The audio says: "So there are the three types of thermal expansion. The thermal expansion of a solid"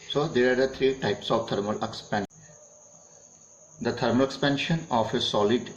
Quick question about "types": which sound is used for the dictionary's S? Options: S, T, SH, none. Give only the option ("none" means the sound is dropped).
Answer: S